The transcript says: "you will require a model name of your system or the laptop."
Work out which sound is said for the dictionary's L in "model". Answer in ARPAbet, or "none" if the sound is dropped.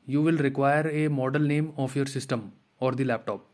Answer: L